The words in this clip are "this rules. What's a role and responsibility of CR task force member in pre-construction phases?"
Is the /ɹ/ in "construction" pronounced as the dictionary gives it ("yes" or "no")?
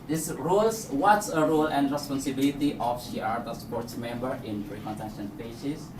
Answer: no